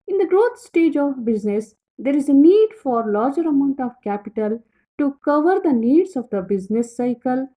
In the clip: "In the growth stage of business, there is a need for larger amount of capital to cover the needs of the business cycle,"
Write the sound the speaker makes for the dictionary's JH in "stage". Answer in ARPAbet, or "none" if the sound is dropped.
JH